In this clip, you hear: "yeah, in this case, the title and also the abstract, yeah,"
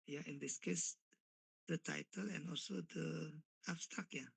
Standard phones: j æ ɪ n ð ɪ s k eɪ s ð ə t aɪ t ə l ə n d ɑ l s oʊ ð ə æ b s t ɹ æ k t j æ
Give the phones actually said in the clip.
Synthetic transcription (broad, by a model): j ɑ ɪ n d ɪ s k eɪ s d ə t aɪ t ə l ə n ɑ l s oʊ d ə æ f s t ɑ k j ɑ